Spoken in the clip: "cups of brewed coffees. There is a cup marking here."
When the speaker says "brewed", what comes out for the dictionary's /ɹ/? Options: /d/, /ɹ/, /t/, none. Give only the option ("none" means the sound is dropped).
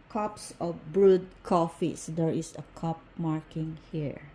/ɹ/